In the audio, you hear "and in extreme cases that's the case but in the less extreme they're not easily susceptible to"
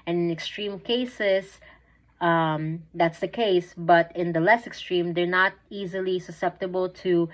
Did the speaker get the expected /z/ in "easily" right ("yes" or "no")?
yes